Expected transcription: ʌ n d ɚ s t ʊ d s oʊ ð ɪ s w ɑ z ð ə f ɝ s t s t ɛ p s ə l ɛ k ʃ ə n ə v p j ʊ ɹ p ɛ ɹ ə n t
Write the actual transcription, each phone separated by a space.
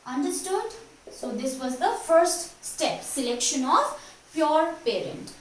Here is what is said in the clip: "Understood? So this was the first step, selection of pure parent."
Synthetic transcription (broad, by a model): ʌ n d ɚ s t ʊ d s oʊ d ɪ s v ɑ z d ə f ɝ s t s t ɛ p s ə l ɛ k ʃ ə n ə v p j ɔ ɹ p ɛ ɹ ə n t